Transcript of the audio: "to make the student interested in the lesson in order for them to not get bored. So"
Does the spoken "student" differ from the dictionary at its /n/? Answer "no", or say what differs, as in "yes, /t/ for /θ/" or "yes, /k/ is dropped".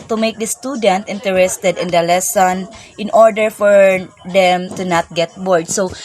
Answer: no